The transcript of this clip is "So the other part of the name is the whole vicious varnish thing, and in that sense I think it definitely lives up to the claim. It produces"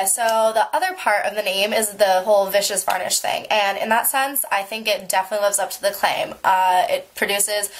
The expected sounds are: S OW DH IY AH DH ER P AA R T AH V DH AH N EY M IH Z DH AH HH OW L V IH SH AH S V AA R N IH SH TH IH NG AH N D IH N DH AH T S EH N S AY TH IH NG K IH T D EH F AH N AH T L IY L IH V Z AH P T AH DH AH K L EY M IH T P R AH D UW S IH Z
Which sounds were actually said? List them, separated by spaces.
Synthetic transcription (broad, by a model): S OW DH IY AH DH ER P AA R T AH V DH AH N EY M IH Z DH AH HH OW L V IH SH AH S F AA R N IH SH TH IH NG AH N IH N DH AH T S EH N S AY TH IH NG K IH T D EH F AH N AH T L IY L IH V Z AH P T AH DH AH K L EY M IH T P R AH D UW S IH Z